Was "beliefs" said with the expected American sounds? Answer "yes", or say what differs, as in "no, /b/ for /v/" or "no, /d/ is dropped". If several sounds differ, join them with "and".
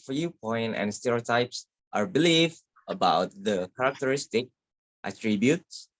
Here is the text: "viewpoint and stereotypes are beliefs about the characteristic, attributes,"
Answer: no, /s/ is dropped